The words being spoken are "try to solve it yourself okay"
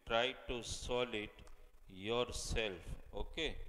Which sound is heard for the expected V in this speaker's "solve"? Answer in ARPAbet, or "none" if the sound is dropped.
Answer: none